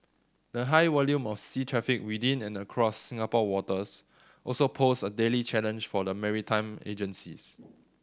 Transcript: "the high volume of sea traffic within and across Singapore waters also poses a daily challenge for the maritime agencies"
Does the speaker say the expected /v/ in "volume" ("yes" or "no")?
no